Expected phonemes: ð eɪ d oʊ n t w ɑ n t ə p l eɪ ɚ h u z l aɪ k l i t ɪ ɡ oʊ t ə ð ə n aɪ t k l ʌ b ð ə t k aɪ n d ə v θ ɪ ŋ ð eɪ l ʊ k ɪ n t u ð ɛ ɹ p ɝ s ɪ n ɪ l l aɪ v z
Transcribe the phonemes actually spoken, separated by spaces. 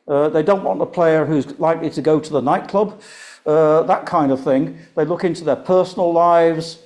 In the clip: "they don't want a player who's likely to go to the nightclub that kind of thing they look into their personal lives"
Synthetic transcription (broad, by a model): ð eɪ d oʊ n t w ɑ n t ə p l eɪ ɚ h u z l aɪ k l i t ɪ ɡ oʊ t ə ð ə n aɪ t k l ʌ b ð ə t k aɪ n d ə v θ ɪ ŋ ð eɪ l ʊ k ɪ n t u ð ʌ ɹ p ɝ s n l l aɪ v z